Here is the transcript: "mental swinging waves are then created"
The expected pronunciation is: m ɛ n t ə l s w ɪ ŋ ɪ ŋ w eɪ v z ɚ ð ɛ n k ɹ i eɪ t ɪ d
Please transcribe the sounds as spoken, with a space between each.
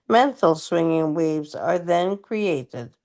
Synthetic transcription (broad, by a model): m ɛ n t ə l s w ɪ ŋ ɪ ŋ w eɪ v z ɚ ð ɛ n k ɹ i eɪ t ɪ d